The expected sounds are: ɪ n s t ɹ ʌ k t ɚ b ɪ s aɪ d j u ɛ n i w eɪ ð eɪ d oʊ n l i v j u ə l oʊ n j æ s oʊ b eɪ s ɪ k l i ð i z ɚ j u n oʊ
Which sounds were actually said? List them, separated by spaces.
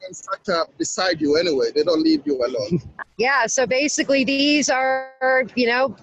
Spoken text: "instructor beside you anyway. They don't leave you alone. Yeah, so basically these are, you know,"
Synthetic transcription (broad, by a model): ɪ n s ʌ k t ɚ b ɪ s aɪ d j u ɛ n i w eɪ ð eɪ d oʊ n l i v j u ə l oʊ n j æ s oʊ b eɪ s ɪ k l i ð i z ɚ j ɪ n oʊ